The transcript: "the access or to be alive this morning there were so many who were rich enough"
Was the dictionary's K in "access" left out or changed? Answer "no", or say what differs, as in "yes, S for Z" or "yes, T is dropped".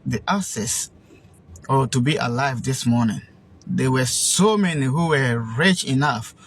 yes, K is dropped